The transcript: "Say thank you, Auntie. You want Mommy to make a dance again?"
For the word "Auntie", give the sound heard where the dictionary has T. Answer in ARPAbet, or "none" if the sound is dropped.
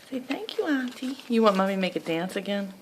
T